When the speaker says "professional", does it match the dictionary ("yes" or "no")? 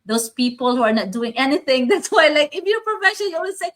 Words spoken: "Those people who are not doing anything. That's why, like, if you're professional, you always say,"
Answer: no